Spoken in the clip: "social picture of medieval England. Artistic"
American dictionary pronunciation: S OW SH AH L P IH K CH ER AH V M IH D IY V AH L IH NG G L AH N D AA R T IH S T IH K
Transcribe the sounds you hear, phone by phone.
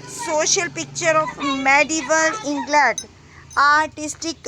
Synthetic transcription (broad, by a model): S OW SH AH L P IH K CH ER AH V M IH D IY V AH L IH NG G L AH D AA R T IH S T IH K